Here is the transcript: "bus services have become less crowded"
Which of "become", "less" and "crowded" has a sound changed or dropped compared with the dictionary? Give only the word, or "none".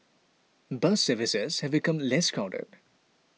crowded